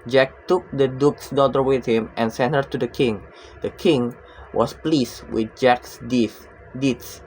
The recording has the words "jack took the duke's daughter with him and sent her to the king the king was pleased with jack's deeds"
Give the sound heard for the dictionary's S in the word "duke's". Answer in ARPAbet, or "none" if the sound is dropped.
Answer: S